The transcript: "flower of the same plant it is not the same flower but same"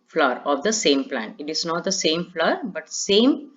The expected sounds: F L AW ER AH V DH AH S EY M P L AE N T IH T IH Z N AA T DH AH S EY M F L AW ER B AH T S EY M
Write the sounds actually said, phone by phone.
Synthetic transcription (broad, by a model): F L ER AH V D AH S EY M P L AE N T IH T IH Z N AA T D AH S EY M F L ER B AH T S EY M